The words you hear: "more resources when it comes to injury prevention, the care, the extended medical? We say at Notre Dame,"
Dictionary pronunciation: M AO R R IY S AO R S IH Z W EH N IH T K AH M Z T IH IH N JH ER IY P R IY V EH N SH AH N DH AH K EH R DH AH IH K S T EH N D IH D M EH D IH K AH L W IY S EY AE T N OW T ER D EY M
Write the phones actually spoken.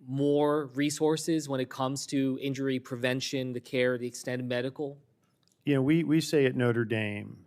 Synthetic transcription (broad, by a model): M AO R R IY S AO R S IH Z W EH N IH T K AH M Z T IH IH N JH ER IY P R IY V EH N SH AH N DH AH K EH R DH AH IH K S T EH N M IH D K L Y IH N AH W W IY S EY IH T N OW T ER D EY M